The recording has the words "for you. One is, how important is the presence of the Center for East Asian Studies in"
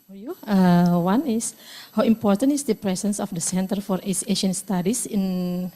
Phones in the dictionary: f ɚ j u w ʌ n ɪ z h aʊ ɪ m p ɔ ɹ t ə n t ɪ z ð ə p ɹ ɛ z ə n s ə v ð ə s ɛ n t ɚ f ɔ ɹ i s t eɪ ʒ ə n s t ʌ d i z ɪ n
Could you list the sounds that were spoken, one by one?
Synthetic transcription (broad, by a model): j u w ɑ n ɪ s h aʊ ɪ m p ɔ ɹ t ə n t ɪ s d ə p ɹ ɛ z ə n s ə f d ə s ɛ n t ɚ f ɔ ɹ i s eɪ ʃ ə n s t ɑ d i s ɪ n